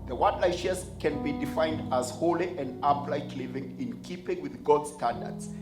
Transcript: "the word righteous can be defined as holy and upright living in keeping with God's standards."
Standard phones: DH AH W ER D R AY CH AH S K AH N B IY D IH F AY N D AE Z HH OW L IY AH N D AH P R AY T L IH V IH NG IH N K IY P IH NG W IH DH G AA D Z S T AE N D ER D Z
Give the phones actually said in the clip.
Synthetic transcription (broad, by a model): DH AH W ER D L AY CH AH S K AH N B IY D IH F AY N D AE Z HH OW L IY AH N D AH P L AY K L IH V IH NG IH N K IY P IH NG W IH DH G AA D S T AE N D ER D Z